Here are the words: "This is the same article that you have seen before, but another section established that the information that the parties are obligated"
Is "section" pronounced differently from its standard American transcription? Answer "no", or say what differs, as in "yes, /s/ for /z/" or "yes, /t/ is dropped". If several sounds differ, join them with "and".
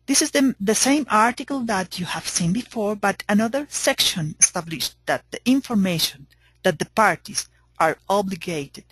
no